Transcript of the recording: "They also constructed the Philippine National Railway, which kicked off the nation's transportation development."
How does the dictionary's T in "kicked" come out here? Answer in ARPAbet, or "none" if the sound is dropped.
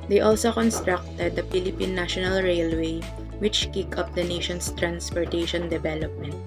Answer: none